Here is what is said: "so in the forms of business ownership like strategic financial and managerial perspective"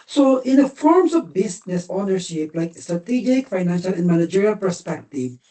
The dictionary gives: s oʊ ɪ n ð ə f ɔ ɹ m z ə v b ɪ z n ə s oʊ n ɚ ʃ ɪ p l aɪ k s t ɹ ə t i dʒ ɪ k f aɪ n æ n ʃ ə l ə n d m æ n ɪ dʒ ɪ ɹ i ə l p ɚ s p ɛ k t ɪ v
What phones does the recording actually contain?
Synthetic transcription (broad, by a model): s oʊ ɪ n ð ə f ɔ ɹ m z ə v b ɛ s n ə s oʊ n ɚ ʃ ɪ p l aɪ k s t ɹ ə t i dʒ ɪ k f aɪ n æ n ʃ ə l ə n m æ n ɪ dʒ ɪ ɹ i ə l p ɚ s p ɛ k t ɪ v